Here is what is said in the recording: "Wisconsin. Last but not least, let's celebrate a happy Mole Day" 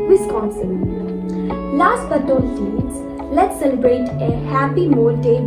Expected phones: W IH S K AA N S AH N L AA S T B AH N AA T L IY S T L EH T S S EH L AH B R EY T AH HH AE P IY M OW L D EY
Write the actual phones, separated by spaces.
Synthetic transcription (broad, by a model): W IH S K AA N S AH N L AA S T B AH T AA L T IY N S L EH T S S EH L AH B R EY T AH HH AE P IY M OW L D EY